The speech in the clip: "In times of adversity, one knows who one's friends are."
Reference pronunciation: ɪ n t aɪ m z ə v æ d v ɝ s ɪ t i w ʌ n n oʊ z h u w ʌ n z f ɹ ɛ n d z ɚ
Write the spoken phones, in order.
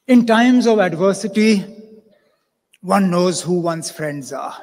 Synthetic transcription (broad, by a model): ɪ n t aɪ m z ə v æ d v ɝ s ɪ t i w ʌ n n oʊ z h u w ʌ n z f ɹ ɛ n d z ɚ